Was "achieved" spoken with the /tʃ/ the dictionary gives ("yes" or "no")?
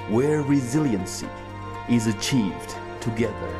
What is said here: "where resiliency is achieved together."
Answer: yes